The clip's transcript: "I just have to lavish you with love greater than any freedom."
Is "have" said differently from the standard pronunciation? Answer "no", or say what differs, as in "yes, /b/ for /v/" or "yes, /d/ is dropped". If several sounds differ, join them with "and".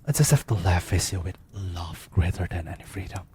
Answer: yes, /f/ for /v/